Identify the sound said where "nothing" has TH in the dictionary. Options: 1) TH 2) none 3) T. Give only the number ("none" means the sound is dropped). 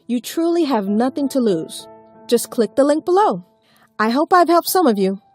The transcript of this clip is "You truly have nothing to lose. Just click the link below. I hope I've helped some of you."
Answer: 1